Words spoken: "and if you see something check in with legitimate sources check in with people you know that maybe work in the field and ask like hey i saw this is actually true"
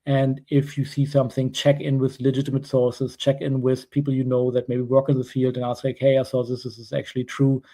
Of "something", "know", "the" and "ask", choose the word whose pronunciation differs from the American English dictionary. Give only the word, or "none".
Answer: none